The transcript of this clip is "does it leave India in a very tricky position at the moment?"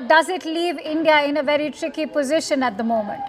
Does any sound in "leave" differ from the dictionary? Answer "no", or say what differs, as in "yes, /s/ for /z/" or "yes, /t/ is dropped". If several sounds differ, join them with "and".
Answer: no